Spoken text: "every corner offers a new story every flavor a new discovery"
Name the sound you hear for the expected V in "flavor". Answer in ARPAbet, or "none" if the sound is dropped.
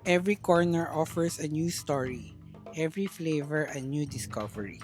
V